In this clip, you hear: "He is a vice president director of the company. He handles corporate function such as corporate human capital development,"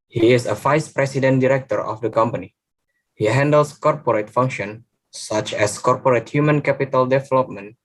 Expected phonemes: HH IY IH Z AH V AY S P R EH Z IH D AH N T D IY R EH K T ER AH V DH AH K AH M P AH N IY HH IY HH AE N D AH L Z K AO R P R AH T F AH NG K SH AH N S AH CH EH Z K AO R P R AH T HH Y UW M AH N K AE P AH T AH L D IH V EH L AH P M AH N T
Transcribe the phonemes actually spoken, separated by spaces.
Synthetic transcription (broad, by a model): HH IY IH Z AH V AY S P R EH S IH D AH N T D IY R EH K T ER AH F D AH K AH M P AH N IY HH IY HH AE N D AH L S K AO R P R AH T F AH NG K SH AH N S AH CH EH S K AO R P R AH T HH Y UW M AH N K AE P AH T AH L D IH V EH L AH P M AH N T